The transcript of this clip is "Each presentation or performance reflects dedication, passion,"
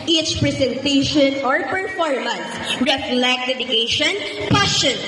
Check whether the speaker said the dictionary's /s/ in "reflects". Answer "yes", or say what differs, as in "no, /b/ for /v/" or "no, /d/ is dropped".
no, /s/ is dropped